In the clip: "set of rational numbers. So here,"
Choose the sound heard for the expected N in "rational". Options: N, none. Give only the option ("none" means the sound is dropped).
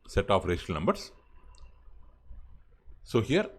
none